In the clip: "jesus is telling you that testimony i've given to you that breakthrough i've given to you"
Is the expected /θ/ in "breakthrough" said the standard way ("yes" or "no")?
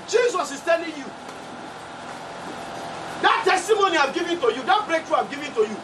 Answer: no